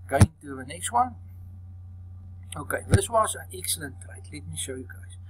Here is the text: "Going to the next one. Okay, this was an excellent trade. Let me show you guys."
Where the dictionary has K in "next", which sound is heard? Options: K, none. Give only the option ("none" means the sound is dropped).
K